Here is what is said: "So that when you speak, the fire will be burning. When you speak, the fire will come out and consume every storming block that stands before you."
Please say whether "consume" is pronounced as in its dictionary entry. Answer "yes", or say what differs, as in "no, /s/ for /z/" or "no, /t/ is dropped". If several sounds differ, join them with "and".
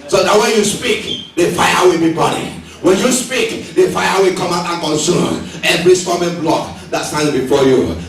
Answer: no, /m/ is dropped